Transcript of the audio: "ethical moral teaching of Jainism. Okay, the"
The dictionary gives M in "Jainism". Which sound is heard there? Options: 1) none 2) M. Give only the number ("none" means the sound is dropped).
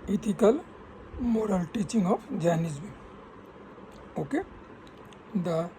1